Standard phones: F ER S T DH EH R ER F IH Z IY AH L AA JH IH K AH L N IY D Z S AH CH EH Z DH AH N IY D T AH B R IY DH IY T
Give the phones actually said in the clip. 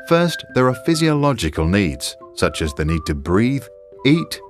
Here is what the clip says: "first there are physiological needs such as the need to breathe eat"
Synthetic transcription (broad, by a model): F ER S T DH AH R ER F IH Z IY AH L AA JH IH K AH L N IY D Z S AH CH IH Z DH AH N IY D T AH B R IY DH IY T